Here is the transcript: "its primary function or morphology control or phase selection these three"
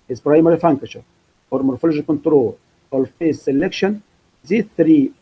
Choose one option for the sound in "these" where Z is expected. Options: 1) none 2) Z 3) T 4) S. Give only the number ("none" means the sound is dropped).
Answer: 1